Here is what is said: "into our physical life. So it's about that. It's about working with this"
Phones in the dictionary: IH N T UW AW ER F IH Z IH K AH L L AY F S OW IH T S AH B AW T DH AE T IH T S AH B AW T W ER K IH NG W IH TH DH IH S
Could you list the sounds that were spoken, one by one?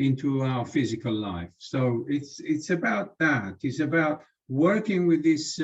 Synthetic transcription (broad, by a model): IH N T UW AW ER F IH Z IH K AH L L AY F S OW IH T S AH B AW T DH AE T IH T S AH B AW T W ER K IH NG W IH DH IH S